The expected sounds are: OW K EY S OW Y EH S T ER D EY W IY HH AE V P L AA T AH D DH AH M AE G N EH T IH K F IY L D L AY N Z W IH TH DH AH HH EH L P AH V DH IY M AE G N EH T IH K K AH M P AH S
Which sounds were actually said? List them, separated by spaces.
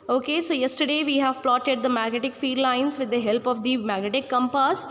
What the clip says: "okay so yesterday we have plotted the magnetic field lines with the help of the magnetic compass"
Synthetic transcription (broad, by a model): OW K EY S OW Y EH S T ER D EY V IY HH AE V P L AA T AH D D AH M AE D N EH T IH K F IY D L AY N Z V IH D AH HH EH L P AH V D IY M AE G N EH T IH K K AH M P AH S